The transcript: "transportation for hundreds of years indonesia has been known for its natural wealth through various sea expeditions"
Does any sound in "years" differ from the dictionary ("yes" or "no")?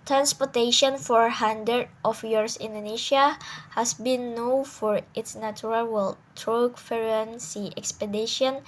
yes